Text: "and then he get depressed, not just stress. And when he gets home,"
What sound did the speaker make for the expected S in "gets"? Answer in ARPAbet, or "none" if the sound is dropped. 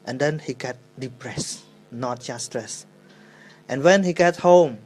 none